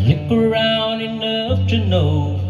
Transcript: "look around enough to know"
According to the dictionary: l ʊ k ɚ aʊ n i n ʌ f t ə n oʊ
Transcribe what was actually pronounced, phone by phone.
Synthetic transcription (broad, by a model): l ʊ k ɚ aʊ n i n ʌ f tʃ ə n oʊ